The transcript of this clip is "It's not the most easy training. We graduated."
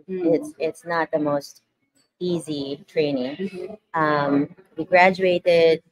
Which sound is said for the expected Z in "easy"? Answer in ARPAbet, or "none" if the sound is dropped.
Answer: Z